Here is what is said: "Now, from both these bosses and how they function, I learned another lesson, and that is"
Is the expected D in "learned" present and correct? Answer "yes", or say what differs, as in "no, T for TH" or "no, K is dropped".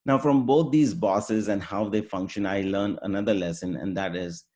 no, D is dropped